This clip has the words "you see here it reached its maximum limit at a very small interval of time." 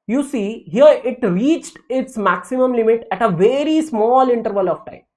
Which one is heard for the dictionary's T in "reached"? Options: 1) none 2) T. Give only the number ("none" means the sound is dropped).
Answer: 2